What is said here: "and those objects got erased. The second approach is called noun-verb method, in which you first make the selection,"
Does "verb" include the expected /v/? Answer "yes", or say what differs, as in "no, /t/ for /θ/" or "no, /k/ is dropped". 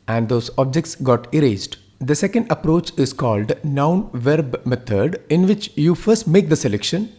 yes